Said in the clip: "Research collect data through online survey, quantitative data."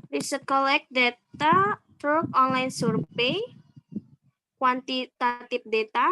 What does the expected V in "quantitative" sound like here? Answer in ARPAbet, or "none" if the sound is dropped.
P